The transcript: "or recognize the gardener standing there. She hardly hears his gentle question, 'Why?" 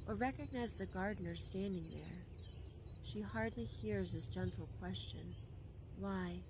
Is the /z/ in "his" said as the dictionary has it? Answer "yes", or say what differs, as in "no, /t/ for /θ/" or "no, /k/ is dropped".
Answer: no, /s/ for /z/